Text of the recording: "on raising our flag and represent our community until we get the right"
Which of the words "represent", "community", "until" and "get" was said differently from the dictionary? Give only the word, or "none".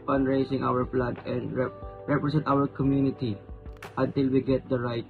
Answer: represent